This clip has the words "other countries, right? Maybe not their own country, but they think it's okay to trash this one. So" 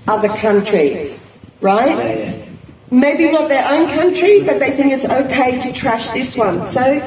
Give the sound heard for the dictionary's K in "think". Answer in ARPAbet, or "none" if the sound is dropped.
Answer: K